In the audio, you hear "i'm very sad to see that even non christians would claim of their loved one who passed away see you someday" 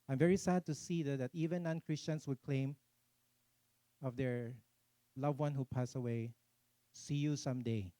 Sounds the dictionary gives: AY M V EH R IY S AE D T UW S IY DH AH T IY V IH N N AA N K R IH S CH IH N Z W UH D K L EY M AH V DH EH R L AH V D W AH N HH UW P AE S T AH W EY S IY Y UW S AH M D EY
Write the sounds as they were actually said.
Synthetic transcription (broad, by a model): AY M V EH R IY S AE D T UW S IY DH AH T IY V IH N N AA N K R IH S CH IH N S W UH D K L EY M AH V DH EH R L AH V W AH N HH UW P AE S AH W EY S IY Y UW S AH M D EY